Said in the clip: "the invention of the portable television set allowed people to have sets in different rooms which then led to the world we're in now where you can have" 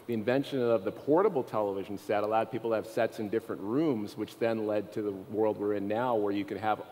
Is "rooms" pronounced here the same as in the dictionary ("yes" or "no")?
yes